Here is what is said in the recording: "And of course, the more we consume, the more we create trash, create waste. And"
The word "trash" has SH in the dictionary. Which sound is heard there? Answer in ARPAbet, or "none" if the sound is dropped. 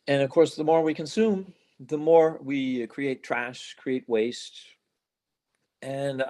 SH